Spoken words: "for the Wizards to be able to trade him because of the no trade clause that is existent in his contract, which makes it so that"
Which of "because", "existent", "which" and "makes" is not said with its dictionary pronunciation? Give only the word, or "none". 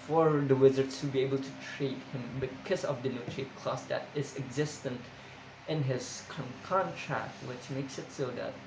none